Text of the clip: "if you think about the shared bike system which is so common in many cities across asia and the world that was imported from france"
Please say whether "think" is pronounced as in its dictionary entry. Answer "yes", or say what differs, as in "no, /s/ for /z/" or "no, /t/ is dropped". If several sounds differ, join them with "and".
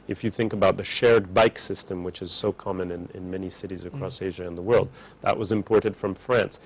yes